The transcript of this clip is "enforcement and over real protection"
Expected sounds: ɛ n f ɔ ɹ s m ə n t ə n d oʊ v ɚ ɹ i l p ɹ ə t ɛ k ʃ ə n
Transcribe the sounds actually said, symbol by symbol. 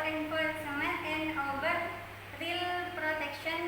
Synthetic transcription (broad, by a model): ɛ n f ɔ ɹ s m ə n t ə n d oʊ b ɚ ɹ i l p ɹ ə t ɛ k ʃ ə n